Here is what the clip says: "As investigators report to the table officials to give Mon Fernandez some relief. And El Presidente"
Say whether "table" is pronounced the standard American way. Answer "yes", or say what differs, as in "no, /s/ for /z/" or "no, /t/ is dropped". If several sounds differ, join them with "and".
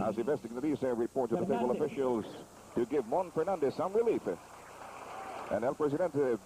no, /b/ is dropped